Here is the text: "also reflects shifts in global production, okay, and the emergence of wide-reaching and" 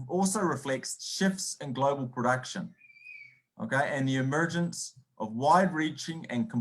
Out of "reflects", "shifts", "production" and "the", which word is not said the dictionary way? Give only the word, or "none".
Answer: none